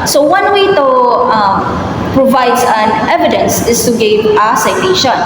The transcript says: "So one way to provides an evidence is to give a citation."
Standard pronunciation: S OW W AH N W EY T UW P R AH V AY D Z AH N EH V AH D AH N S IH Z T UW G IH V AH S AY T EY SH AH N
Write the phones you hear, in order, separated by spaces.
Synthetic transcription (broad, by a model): S OW W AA N W EY T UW P R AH V AY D AH N EH V AH D AH N S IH S T UW G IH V AH S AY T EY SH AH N